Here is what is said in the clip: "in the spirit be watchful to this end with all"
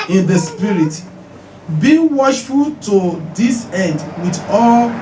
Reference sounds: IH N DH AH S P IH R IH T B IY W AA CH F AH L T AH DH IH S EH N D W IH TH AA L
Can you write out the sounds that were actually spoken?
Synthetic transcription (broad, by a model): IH N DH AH S P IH R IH T B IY W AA SH F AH L T AH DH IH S EH N D W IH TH AA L